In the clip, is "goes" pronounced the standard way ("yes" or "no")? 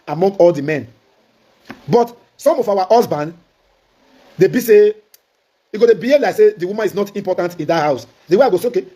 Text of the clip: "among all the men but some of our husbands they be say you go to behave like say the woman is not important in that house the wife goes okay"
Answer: no